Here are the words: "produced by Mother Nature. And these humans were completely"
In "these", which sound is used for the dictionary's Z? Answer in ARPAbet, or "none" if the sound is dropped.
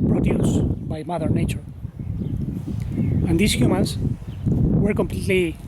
S